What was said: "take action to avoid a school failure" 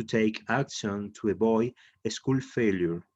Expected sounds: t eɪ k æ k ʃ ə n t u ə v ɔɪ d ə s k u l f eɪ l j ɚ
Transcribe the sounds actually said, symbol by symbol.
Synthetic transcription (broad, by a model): t eɪ k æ k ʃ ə n t u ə b ɔɪ ə s k u l f eɪ l j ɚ